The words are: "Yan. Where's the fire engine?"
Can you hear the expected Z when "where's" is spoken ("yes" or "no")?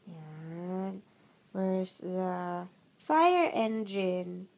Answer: no